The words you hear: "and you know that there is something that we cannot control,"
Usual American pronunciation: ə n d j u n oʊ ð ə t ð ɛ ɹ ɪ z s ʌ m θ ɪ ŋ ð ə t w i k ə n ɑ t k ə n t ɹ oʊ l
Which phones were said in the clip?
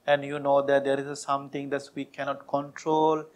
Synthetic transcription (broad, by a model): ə n d j u n oʊ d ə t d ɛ ɹ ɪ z s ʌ m t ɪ ŋ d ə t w i k ə n ɑ t k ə n t ɹ oʊ l